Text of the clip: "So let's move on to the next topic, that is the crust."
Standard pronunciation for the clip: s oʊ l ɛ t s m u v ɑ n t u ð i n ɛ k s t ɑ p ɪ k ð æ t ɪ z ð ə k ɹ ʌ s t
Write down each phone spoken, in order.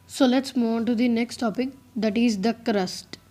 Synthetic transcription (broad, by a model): s oʊ l ɛ t s m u ɑ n t u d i n ɛ k s t ɑ p ɪ k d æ t ɪ z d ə k ɹ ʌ s t